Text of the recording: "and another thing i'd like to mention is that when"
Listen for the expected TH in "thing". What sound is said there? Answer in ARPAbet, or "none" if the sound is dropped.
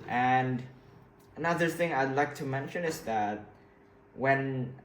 TH